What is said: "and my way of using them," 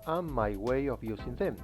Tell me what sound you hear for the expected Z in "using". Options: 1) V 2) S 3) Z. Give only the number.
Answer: 2